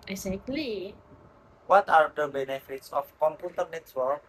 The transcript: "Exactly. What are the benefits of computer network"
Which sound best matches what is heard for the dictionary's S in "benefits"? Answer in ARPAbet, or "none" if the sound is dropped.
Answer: S